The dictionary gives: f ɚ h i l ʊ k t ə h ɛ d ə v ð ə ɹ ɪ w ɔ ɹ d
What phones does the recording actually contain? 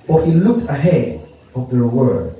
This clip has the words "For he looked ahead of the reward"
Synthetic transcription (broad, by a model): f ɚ h i l ʊ k t ə h ɛ d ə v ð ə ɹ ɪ w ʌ ɹ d